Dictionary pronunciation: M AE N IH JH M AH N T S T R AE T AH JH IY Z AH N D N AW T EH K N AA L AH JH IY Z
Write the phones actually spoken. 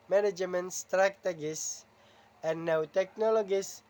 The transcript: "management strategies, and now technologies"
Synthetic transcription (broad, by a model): M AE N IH JH M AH N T S T R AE T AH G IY S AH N N AW T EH K N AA L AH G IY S